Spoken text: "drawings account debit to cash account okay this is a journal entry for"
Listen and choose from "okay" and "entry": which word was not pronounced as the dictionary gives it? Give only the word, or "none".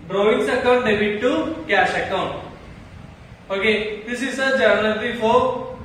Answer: entry